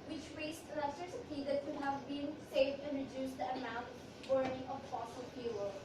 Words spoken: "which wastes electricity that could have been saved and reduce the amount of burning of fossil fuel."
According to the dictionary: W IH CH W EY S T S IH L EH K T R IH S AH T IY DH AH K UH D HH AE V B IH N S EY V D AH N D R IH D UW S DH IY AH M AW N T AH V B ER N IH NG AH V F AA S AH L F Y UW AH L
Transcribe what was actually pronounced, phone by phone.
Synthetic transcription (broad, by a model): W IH CH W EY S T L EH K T IH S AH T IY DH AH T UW HH AE V B IH N S EY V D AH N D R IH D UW S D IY AH M AW N T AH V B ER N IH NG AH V F AA S AH L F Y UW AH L